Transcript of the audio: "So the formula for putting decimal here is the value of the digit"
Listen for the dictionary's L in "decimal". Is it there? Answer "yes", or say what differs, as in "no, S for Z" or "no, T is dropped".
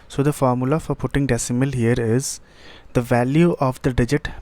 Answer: yes